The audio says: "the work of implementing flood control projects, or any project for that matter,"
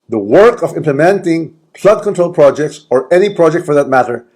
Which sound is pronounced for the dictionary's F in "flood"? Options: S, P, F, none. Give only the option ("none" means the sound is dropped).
P